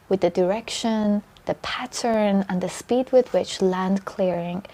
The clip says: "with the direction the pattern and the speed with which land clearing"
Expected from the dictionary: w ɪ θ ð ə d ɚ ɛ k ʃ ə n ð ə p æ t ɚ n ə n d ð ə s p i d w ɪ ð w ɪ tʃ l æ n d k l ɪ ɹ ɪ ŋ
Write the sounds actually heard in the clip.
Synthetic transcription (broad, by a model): w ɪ ð ə d ɚ ɛ k ʃ ə n ð ə p æ t ɚ n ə n ð ə s p i d w ɪ ð w ɪ tʃ l æ n d k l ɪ ɹ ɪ ŋ